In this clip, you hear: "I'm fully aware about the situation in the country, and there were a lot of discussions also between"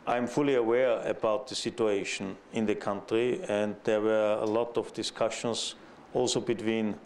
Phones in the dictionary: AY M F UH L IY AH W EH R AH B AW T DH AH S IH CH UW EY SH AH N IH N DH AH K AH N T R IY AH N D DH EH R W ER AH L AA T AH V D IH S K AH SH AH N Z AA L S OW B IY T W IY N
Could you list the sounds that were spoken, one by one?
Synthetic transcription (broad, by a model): AY M F UH L IY AH W EH R AH B AW T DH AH S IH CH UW EY SH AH N IH N DH AH K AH N T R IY AH N D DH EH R W ER AH L AA T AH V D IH S K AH SH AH N S AA L S OW B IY T W IY N